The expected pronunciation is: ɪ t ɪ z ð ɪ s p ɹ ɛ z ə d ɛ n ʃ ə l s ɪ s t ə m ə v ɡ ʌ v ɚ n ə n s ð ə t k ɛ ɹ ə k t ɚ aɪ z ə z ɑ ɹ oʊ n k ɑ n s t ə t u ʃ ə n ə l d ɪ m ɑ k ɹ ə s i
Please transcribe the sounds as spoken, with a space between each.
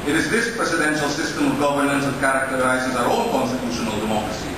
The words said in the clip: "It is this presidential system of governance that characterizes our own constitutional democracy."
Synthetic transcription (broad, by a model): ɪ t ɪ z ð ɪ s p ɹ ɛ s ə d ɛ n ʃ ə l s ɪ s t ə m ə v ɡ ʌ v ɚ n ə n s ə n k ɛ ɹ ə k t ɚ aɪ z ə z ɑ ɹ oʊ l k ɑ n s t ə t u ʃ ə n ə l d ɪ m ɑ k ɹ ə s i